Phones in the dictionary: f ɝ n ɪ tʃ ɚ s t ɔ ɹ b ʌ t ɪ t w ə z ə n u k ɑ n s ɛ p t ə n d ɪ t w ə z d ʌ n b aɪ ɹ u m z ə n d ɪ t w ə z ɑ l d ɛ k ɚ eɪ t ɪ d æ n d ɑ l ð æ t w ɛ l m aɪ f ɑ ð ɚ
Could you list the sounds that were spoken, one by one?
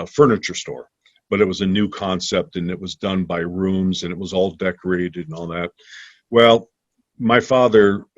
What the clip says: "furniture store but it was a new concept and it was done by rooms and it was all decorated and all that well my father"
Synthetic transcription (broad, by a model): f ɝ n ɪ tʃ ɚ s t ɔ ɹ b ʌ t ɪ t w ə z ə n u k ɑ n s ɛ p t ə n ɪ t w ə z d ʌ n b aɪ ɹ u m z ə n ɪ t w ə z ɑ l d ɛ k ɚ eɪ t ɪ d n ɑ l ð æ t w ɛ l m aɪ f ɑ ð ɚ